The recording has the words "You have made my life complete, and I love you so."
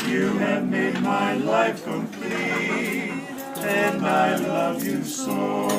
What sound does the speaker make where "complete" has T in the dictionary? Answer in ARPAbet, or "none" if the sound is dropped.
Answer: none